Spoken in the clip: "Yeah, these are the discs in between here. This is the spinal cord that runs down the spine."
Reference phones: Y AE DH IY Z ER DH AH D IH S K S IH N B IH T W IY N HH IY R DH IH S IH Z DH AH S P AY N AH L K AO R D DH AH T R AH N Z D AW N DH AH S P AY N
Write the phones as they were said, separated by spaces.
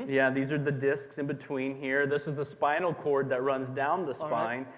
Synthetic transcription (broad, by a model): Y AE DH IY Z ER DH AH D IH S K S IH N B IH T W IY N HH IY R DH IH S IH Z DH AH S P AY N L K AO R D DH AH T R AH N Z D AW N DH AH S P AY N